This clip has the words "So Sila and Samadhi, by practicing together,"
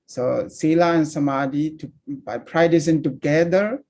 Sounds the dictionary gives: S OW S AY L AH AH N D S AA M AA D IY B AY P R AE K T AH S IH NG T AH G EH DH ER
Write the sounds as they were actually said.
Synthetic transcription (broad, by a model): S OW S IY L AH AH N S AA M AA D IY B AY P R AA T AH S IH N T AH G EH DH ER